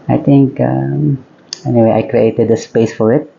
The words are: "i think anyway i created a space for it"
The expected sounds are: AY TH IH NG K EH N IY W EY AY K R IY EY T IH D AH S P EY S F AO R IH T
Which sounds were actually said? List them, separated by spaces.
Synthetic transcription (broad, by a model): AY T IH NG K EH N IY W EY AY K R IY EY T IH D AH S P EY S F AO R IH T